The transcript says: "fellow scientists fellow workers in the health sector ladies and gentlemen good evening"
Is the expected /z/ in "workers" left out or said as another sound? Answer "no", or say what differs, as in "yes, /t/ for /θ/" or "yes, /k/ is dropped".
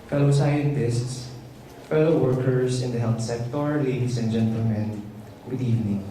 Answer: yes, /s/ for /z/